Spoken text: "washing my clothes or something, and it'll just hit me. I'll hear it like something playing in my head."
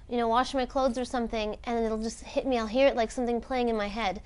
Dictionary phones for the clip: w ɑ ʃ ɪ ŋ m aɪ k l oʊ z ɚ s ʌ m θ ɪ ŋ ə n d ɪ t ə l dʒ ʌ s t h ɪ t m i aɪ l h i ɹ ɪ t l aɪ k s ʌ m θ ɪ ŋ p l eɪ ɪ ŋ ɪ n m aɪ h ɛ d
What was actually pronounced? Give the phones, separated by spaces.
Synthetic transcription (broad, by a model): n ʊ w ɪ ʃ m aɪ k l oʊ z ɚ s ʌ m θ ɪ ŋ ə n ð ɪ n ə l dʒ ʌ s t h ɪ t m i aɪ l h i ɹ ɪ t l aɪ k s ʌ m θ ɪ ŋ p l eɪ ɪ ŋ ɪ n m aɪ h ɛ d